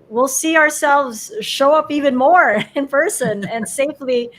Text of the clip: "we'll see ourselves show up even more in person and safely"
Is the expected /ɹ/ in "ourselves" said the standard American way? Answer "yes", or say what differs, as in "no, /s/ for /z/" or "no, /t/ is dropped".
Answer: yes